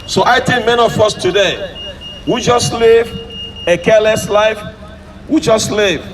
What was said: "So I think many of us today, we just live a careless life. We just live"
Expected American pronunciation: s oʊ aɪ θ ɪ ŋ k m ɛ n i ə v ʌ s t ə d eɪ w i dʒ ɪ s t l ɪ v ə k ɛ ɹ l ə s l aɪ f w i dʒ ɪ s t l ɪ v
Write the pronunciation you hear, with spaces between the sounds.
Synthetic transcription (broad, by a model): s oʊ aɪ t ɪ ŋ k m ɛ n i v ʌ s t ə d eɪ w i dʒ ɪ s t l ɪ v ə k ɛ l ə s l aɪ f w i dʒ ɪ s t l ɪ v